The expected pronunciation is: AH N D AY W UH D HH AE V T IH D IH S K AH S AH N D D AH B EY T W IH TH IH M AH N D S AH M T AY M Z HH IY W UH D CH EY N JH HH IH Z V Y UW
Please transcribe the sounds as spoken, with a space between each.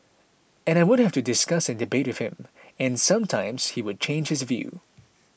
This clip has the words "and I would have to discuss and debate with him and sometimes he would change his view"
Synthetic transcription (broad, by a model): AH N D AY W UH D HH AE F T IH D IH S K AH S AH N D D AH B EY T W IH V IH M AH N S AH M T AY M Z HH IY W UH D CH EY N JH HH IH Z V Y UW